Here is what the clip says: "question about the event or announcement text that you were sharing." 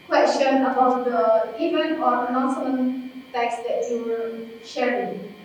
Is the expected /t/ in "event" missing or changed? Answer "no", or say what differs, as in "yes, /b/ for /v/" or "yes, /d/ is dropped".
yes, /t/ is dropped